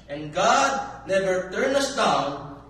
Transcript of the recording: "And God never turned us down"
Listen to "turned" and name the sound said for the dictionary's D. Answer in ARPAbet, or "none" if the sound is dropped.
none